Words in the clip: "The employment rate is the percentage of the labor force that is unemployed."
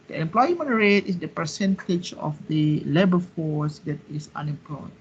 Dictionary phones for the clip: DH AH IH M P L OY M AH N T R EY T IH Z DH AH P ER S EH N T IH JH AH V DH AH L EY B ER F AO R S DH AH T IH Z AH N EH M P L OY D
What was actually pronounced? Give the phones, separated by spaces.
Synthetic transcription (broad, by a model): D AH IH M P L OY M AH N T R EY T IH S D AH P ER S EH N T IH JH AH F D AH L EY B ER F AO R S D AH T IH S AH N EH M P L OY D